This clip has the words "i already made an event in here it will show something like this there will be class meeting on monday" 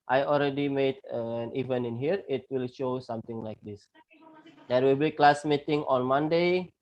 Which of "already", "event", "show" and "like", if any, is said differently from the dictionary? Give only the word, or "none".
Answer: event